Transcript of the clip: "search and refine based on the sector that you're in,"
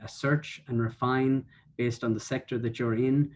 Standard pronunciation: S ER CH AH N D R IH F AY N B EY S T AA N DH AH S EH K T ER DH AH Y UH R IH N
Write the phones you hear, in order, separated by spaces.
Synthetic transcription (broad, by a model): S ER CH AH N R IH F AY N B EY S T N DH AH S EH K T ER DH AH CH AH R IH N